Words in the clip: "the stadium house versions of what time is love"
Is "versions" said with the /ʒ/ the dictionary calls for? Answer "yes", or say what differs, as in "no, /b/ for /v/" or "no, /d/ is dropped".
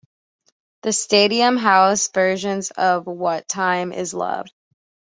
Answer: yes